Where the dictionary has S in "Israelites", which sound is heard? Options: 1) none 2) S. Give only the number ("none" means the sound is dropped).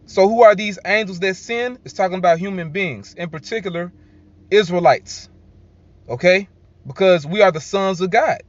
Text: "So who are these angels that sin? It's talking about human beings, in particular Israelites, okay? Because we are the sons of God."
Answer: 2